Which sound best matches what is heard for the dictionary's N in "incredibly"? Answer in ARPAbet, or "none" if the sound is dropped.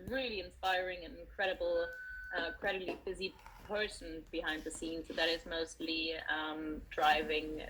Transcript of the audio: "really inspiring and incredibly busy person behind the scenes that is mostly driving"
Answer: L